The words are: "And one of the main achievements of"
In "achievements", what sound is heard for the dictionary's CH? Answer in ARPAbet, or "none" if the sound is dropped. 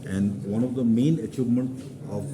CH